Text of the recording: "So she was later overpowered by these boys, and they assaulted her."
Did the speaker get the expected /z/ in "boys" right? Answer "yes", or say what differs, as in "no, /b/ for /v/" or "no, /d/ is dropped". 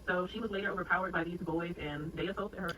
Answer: yes